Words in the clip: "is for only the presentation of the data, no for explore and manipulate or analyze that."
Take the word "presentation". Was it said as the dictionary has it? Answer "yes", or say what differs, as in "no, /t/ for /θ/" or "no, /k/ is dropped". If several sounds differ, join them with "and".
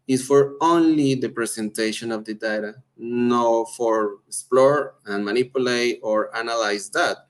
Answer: no, /s/ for /z/